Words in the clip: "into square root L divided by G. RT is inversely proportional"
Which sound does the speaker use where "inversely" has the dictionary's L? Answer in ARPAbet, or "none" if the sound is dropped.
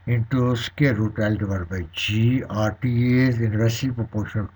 none